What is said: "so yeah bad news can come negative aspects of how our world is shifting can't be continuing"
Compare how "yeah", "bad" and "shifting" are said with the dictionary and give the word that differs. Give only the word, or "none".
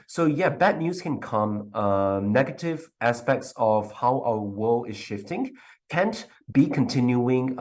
none